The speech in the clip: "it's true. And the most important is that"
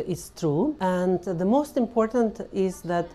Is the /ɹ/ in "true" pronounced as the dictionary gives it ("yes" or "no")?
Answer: yes